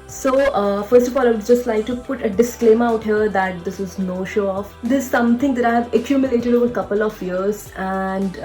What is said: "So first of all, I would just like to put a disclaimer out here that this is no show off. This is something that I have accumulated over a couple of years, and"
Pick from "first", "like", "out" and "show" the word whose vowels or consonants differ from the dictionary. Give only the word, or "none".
none